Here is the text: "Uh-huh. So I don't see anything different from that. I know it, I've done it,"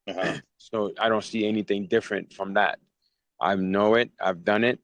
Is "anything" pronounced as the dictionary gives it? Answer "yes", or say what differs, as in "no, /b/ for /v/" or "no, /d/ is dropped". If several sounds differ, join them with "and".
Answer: yes